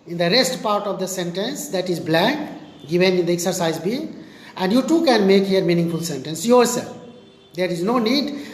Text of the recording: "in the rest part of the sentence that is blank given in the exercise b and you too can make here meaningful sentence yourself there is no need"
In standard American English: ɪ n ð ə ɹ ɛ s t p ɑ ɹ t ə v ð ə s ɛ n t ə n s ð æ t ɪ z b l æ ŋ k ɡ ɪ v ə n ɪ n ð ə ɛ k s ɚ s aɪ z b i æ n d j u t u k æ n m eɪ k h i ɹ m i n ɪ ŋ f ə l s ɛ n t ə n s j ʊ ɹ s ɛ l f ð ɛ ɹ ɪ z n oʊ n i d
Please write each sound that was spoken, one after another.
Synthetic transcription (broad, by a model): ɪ n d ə ɹ ɛ s t p ɑ ɹ t ə v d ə s ɛ n t ə n s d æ t ɪ z b l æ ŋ k ɡ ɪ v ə n ɪ n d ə ɛ k s ɚ s aɪ z b i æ n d j u t u k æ n m eɪ k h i ɹ m i n ɪ ŋ f ə l s ɛ n t ə n s j ʊ ɹ s ɛ l f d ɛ ɹ ɪ z n oʊ n i d